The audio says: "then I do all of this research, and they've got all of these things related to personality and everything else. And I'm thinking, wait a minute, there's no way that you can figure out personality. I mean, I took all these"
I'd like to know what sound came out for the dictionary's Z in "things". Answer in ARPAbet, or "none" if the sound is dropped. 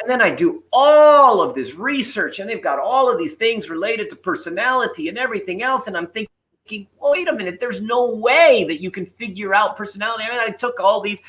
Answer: Z